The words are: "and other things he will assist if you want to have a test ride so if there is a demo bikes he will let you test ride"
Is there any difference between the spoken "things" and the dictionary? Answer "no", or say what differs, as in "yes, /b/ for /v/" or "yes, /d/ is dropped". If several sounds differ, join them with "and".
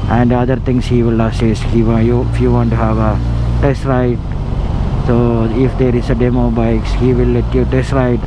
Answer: yes, /t/ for /θ/